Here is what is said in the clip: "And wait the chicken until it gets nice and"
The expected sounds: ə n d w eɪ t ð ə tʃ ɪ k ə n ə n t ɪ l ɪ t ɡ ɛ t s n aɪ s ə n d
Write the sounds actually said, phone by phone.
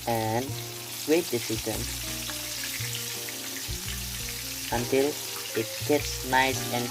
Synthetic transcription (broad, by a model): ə n d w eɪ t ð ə s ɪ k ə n ə n t ɪ l ɪ t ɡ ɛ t s n aɪ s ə n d